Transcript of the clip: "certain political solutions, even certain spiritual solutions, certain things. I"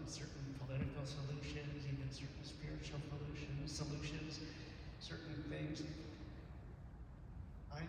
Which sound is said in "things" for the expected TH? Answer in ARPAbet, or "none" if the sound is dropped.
F